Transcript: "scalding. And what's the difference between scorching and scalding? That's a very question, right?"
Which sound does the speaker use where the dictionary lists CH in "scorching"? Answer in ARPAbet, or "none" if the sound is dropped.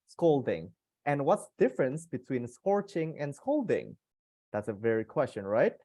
CH